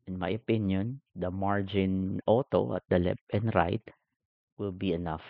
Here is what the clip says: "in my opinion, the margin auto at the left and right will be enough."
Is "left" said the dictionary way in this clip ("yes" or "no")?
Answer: no